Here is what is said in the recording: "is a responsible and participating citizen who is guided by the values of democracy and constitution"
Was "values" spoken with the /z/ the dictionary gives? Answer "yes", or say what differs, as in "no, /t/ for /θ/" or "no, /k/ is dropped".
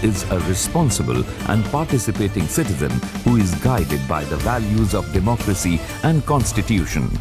yes